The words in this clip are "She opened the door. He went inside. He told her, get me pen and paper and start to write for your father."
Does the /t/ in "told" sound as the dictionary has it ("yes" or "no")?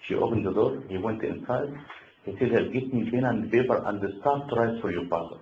no